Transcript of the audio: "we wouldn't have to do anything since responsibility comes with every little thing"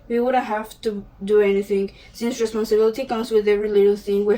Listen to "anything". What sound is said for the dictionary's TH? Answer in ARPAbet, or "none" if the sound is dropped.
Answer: TH